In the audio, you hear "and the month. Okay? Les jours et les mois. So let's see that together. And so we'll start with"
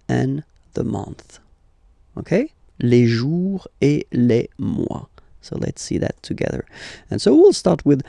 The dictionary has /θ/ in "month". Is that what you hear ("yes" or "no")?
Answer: yes